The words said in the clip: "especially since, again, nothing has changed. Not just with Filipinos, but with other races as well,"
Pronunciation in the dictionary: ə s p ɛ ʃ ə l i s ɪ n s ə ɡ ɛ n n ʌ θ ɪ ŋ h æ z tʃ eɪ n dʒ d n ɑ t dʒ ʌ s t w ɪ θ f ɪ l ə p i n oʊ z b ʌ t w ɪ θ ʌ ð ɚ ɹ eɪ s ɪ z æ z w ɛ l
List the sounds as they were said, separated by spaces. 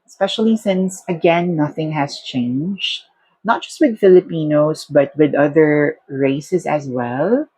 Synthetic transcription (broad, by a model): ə s p ɛ ʃ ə l i s ɪ n s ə ɡ ɛ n n ʌ θ ɪ ŋ h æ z tʃ eɪ n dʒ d n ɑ t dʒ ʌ s t w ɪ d f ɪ l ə p i n oʊ s b ʌ t w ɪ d ʌ ð ɚ ɹ eɪ s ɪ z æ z w ɛ l